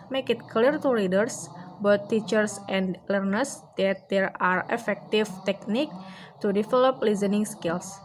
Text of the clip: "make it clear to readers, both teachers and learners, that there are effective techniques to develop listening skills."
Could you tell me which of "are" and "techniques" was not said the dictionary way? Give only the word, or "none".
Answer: techniques